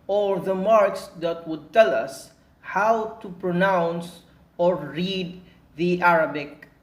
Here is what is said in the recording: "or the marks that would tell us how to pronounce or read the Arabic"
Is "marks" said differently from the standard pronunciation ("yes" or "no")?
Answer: no